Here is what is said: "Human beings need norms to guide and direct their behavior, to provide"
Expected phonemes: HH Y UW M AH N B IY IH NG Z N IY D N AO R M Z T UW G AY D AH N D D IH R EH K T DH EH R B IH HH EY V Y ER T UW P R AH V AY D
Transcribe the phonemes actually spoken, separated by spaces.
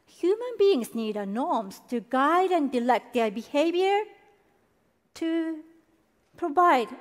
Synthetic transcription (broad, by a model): HH Y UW M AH N B IY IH NG S N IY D N AO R M S T UW G AY D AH N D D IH L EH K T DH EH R B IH HH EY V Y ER T UW P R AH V AY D